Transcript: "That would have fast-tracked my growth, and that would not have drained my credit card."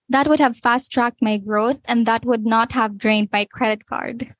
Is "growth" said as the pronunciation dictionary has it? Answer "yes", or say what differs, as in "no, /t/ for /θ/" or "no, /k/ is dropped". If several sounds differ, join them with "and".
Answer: yes